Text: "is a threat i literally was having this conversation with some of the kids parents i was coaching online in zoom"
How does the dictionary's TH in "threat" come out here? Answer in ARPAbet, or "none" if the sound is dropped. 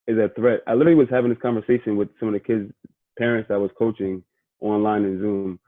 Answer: TH